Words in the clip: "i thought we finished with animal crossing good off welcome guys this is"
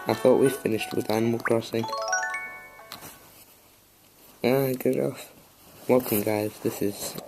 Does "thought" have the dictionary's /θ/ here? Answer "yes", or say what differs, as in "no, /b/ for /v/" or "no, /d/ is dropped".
yes